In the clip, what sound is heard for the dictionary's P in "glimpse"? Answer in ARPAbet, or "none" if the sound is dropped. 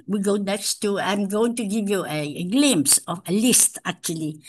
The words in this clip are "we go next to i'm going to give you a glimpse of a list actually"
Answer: none